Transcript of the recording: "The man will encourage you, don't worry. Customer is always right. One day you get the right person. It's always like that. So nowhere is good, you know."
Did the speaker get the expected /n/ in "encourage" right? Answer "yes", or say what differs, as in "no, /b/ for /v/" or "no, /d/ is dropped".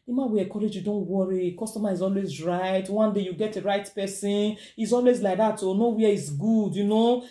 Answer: no, /n/ is dropped